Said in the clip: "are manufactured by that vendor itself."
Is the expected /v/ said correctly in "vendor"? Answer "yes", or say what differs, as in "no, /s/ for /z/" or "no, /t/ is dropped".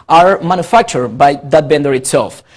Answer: no, /b/ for /v/